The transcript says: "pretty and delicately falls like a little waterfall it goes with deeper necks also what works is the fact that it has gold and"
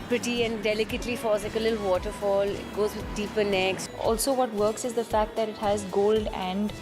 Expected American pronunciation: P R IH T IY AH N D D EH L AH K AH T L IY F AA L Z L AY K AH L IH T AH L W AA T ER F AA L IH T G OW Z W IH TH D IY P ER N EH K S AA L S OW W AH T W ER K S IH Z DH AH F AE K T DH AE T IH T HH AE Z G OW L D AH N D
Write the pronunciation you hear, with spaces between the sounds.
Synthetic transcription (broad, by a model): P R IH T IY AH N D D EH L AH K AH T L IY F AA Z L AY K AH L IH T L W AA T ER F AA L IH T G OW Z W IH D D IY P ER N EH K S AA L S OW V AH T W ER K S IH Z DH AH F AE K T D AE T IH T HH AE Z G OW L D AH N D